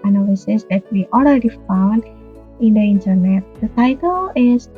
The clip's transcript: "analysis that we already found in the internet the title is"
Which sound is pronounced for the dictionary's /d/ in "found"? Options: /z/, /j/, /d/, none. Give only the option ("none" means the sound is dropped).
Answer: /d/